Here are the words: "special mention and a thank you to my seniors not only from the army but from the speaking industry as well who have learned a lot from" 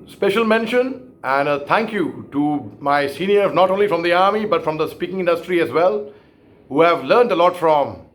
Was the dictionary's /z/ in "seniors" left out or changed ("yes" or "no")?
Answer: yes